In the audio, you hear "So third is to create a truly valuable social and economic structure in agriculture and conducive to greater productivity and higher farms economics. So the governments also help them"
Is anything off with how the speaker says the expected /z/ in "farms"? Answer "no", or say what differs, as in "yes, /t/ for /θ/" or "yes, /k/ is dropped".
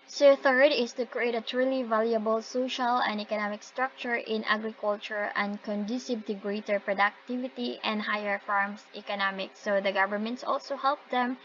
yes, /s/ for /z/